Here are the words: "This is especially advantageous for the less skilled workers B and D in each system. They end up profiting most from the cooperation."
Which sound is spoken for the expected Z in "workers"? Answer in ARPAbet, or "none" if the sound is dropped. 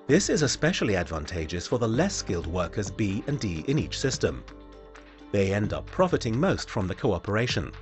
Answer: Z